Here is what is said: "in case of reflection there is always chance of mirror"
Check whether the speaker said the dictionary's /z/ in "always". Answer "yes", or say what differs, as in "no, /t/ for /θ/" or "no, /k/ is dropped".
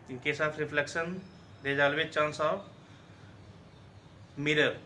no, /z/ is dropped